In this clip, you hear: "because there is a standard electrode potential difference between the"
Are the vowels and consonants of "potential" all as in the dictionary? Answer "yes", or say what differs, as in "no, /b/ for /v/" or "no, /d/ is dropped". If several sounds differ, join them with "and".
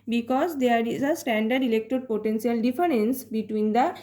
no, /s/ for /ʃ/